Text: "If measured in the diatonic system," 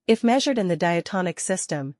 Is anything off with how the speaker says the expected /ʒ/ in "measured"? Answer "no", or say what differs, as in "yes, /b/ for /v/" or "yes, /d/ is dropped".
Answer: no